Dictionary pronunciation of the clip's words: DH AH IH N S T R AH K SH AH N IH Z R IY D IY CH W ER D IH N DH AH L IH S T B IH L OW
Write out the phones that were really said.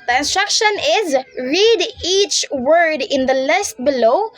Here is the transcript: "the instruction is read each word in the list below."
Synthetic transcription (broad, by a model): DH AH IH N S T R AH K SH AH N IH Z R IY D IY CH W ER D IH N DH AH L IH S T B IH L OW